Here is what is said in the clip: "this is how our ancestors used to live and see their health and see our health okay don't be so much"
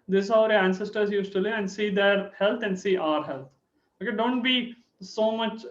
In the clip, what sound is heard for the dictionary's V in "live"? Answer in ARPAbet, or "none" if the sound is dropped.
none